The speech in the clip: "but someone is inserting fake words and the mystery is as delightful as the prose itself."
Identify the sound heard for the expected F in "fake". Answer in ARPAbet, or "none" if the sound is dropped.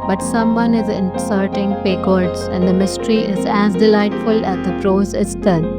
P